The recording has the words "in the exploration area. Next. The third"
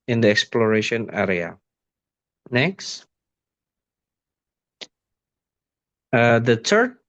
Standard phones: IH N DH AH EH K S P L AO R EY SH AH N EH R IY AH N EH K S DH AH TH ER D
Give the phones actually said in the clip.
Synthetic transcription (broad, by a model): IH N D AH EH K S P L AO R EY SH AH N EH R IY AH N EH K S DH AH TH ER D